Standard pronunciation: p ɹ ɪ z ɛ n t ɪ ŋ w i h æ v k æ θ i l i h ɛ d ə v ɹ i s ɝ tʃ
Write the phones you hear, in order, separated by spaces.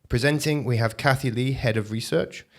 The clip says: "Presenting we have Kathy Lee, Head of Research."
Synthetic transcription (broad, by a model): p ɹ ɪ z ɛ n t ɪ ŋ w i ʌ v k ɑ θ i l i h ɛ d ə v ɹ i s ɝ tʃ